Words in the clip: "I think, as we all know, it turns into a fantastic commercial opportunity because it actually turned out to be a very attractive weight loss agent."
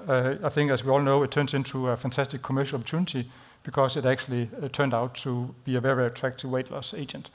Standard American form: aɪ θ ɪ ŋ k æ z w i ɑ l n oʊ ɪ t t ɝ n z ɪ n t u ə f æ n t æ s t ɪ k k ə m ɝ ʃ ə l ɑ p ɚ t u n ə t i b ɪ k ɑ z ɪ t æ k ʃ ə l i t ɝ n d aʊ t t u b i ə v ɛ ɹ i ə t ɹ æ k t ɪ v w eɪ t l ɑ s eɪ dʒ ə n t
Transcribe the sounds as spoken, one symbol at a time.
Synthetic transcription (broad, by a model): aɪ θ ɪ ŋ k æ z w i ɑ l n oʊ ɪ t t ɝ n s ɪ n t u ə f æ n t æ s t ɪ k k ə m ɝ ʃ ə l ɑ p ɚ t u n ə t i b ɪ k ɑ s ɪ t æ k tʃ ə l i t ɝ n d aʊ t t u b i ə v ɛ ɹ i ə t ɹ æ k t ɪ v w eɪ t l ɑ s eɪ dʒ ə n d